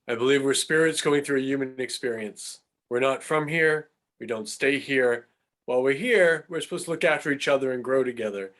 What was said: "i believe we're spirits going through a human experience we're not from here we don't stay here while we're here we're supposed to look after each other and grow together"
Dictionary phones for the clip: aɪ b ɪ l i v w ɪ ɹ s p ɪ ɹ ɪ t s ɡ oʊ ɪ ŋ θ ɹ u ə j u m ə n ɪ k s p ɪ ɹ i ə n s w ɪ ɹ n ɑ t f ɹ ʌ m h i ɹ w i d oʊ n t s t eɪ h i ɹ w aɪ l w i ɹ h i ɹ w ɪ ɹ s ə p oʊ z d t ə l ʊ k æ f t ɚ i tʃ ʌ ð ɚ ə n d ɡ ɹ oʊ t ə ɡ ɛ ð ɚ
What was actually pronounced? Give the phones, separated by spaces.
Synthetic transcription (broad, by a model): aɪ b ɪ l i v w ɪ ɹ s p ɪ ɹ ɪ t s ɡ oʊ ɪ ŋ θ ɹ u ə j u m ə n ɪ k s p ɪ ɹ i ə n s w ɪ ɹ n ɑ t f ɹ ʌ m h i ɹ w i d oʊ n t s t eɪ h i ɹ w aɪ l w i ɹ h i ɹ w ɪ ɹ s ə p oʊ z t ə l ʊ k æ f t ɚ i tʃ ʌ ð ɚ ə n ɡ ɹ oʊ t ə ɡ ɛ ð ɚ